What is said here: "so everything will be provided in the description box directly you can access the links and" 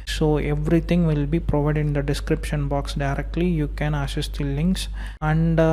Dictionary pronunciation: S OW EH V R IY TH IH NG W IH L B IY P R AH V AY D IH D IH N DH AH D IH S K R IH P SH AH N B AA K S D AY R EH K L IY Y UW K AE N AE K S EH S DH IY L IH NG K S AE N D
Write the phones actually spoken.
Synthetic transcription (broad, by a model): S OW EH V R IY T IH NG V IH L B IY P R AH V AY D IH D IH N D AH D IH S K R IH P SH AH N B AA K S D AY R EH K L IY Y UW K AE N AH S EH S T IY L IH NG K S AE N D